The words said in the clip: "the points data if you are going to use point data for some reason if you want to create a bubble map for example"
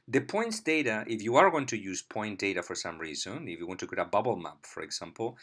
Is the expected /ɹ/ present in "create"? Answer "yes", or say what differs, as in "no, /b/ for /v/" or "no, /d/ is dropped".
no, /ɹ/ is dropped